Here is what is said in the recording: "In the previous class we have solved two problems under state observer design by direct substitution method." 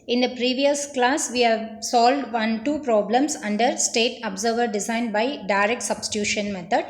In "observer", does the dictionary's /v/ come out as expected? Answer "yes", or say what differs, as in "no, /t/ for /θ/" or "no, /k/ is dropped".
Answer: yes